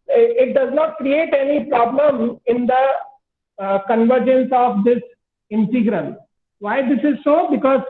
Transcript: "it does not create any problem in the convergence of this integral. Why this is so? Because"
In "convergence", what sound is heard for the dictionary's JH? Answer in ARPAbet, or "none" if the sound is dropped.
JH